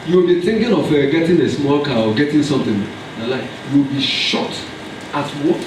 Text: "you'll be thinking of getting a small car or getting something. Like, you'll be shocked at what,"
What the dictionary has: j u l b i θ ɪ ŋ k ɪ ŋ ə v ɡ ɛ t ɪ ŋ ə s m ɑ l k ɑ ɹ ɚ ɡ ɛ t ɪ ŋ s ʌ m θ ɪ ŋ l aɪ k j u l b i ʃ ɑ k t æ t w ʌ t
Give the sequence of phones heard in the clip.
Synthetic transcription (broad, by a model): j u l b i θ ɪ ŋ k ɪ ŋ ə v ɡ ɛ t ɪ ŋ ə s m ɑ l k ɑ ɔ ɡ ɛ t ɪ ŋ s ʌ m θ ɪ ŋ l aɪ k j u w b i ʃ ɑ t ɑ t w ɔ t